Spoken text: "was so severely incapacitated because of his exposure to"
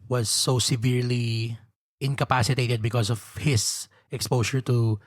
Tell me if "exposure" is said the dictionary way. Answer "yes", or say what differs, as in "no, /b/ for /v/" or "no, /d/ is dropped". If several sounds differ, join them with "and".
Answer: no, /ʃ/ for /ʒ/